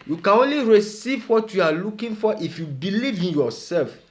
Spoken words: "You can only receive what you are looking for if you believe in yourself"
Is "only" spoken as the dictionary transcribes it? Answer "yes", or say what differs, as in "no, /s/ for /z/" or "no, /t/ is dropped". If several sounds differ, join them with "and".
yes